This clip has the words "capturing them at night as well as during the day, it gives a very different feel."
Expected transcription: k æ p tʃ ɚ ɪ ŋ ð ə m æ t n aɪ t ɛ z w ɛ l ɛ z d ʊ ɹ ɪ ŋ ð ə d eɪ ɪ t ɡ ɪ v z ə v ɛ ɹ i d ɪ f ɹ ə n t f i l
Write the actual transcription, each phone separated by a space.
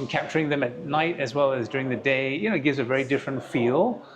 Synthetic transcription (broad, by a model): k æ p tʃ ɚ ɪ ŋ ð ə m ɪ t n aɪ t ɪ z w ɛ l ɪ z d ʊ ɹ ɪ ŋ ð ə d eɪ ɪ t ɡ ɪ v z ə v ɛ ɹ i d ɪ f ɹ ə n t f i l